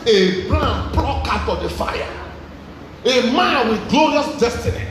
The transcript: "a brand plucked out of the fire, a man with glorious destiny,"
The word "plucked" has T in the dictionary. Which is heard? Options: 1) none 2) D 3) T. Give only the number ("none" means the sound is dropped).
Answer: 1